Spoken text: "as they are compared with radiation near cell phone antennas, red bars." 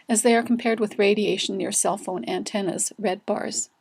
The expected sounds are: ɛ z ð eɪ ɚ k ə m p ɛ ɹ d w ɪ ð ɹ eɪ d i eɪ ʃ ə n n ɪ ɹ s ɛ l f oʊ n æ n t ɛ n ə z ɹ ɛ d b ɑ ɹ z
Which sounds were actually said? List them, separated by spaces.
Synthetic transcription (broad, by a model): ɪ z ð eɪ ɚ k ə m p ɛ ɹ d w ɪ ð ɹ eɪ d i eɪ ə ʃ n ɪ ɹ s ɛ l f oʊ n æ n t ɛ n ə z ɹ ɛ d b ɑ ɹ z